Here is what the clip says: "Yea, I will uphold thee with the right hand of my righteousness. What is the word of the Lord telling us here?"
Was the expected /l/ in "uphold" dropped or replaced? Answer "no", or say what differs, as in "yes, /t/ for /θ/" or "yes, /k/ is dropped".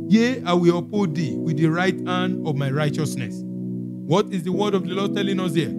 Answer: yes, /l/ is dropped